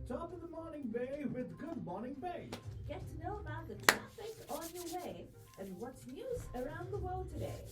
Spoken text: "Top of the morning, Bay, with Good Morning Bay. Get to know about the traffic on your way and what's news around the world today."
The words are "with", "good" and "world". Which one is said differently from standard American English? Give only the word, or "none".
none